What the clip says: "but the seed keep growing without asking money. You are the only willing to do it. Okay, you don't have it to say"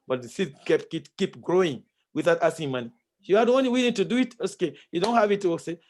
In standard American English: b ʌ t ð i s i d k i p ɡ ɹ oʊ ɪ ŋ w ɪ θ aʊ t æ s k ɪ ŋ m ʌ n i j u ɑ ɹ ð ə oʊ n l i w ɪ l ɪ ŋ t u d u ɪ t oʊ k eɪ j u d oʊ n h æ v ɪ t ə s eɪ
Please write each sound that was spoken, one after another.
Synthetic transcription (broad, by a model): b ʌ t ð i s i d k i p ɡ ɹ oʊ ɪ ŋ w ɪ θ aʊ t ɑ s ɪ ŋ m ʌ n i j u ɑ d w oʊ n i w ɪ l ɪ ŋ t u d u ɪ t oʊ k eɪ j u d oʊ n h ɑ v ɪ t ə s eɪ